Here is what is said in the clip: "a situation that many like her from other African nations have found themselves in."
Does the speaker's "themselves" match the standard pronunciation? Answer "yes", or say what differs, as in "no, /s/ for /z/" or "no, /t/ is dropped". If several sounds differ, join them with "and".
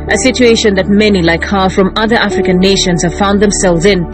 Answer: yes